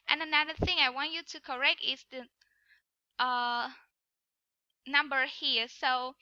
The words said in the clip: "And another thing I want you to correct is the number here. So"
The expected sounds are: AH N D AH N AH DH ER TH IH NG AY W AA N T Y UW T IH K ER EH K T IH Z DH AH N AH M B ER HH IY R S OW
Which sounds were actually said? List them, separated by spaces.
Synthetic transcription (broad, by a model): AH N AH N AH DH ER TH IH NG AY W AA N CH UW T IH K ER EH K T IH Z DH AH N AH M B ER HH IY R S OW